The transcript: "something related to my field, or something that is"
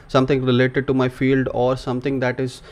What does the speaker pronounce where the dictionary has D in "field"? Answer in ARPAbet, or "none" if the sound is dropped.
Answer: D